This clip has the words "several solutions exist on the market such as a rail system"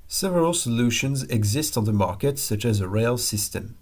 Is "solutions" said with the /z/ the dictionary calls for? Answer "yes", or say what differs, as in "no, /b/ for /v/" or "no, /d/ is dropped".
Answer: yes